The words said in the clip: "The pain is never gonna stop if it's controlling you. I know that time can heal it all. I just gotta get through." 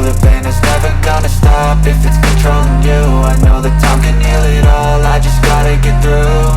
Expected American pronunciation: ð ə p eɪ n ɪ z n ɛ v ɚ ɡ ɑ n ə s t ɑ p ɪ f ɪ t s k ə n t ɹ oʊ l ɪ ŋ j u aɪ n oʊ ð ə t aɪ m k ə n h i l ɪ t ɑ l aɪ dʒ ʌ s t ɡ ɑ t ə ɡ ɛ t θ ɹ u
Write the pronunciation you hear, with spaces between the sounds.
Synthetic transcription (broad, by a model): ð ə f eɪ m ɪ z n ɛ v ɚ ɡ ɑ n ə s t ɑ p ɪ f ɪ t s k ə n t ɹ oʊ l ɪ ŋ j u aɪ n oʊ ð ə t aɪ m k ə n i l ɪ t ɑ l aɪ dʒ ʌ s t ɡ ɑ t ə ɡ ɛ t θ ɹ u